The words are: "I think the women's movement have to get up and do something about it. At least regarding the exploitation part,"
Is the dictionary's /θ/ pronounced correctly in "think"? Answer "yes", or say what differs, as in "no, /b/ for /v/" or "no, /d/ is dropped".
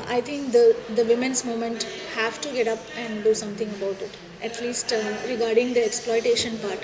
no, /t/ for /θ/